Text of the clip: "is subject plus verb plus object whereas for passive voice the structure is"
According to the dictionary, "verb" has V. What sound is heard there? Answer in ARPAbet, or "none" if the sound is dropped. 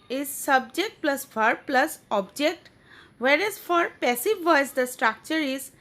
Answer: F